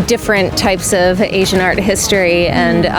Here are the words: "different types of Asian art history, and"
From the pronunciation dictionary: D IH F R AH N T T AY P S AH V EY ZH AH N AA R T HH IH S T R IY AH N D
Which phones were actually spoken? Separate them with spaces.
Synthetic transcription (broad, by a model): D IH F R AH N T T AY P S AH V EY ZH AH N AA R T HH IH S T R IY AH N